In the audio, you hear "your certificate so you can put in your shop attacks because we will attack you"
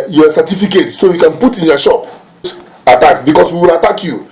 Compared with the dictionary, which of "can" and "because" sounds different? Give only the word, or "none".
because